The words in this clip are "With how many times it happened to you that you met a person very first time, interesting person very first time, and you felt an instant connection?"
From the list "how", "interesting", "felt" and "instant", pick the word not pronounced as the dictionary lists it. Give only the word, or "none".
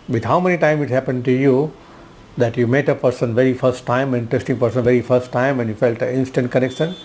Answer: interesting